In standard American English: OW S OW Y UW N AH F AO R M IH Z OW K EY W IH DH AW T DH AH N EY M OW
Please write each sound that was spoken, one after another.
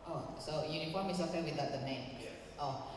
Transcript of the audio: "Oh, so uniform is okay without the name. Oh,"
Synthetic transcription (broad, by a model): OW S OW Y UW N AH F AO R M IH S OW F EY W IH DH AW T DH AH N EY M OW